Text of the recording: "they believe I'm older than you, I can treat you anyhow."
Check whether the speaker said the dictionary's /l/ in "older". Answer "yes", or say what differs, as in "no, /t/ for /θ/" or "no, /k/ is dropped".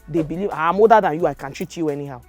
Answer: no, /l/ is dropped